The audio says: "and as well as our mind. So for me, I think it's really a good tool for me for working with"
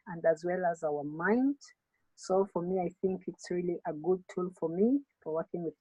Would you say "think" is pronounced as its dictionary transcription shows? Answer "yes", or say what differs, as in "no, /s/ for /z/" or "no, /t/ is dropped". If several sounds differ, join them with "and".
yes